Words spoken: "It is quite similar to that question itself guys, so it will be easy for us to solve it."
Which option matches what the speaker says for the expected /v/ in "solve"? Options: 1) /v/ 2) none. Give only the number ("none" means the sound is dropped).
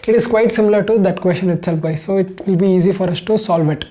1